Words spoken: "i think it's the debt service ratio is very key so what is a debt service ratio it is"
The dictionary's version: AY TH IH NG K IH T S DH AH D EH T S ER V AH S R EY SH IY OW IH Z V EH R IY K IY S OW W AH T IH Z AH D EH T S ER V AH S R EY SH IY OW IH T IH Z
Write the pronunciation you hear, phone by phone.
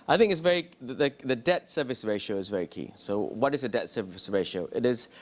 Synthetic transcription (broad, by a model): AY TH IH NG K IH T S DH AH D EH T S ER V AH S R EY SH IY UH IH Z V EH R IY K IY S OW W AH T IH Z AH D EH T S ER V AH S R EY SH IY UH IH T IH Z